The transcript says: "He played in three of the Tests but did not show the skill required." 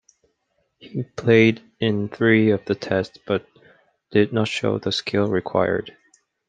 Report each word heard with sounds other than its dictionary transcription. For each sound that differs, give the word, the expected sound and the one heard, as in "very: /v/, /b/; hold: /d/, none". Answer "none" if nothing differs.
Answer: none